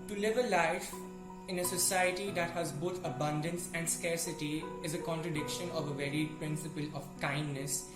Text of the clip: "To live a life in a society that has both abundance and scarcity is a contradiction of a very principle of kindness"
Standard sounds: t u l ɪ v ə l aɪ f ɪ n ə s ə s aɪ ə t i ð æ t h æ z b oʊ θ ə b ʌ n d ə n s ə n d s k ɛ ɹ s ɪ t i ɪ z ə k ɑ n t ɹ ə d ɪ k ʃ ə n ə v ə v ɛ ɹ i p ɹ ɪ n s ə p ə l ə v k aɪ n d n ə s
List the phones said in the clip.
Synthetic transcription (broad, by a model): t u l ɪ v ə l aɪ f ɪ n ə s ə s aɪ ə t i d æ t h æ z b oʊ t ə b ʌ n d ə n s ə n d s k ɛ ɹ s ɪ t i ɪ z ə k ɑ n t ɹ ə d ɪ k ʃ ə n ə v ə v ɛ ɹ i p ɹ ɪ n s ə p ə l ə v k aɪ n d n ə s